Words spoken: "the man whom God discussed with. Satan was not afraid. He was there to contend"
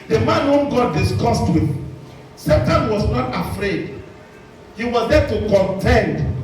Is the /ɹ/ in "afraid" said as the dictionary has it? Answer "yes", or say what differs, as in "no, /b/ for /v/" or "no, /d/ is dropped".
yes